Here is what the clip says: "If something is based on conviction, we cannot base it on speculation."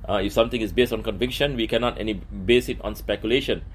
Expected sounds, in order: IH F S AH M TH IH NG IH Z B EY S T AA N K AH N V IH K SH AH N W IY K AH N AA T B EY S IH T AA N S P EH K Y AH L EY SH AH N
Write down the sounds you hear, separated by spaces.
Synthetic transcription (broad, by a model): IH F S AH M T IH NG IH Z B EY S T AA N K AH N V IH K SH AH N W IY K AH N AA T B EY S IH T AA N S P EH K Y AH L EY SH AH N